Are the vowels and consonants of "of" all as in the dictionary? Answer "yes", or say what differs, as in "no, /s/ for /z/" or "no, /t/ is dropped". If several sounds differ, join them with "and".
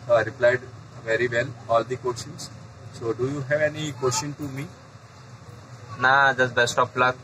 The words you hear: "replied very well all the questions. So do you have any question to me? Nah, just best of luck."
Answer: no, /p/ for /v/